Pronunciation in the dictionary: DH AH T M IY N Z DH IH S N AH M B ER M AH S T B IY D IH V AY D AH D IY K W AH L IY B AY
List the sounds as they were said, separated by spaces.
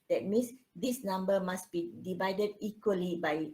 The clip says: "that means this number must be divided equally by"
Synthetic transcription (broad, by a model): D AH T M IY N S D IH S N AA M B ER M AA S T B IY D IH V AY D AH D IY K W AH L IY B AY